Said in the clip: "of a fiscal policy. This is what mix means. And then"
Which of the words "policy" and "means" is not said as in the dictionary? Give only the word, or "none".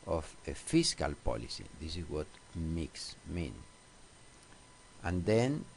means